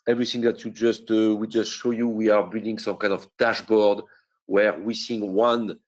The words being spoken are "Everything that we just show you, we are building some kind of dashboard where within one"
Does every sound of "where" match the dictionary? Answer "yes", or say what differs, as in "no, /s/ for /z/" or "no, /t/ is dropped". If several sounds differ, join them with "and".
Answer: yes